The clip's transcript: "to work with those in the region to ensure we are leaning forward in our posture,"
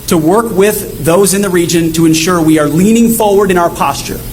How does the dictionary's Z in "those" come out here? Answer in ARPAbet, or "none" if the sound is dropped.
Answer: Z